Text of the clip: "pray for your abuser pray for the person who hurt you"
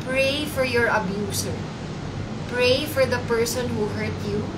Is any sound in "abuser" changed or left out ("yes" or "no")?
yes